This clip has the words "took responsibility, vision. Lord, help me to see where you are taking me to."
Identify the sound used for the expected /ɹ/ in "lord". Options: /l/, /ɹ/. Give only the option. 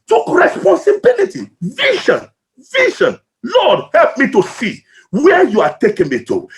/l/